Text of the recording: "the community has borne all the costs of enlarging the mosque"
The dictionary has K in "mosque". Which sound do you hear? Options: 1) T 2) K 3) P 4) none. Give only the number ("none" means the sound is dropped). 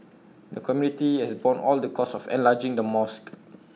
2